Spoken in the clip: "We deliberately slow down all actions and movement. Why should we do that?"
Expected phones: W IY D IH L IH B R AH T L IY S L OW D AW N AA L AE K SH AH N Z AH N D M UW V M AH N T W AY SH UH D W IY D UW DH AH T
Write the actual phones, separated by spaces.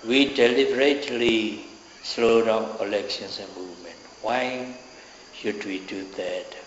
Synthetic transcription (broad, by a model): W IY D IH L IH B R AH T L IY S L OW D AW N AA L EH K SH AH N S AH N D M UW V M AH N T W AY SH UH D W IY D UW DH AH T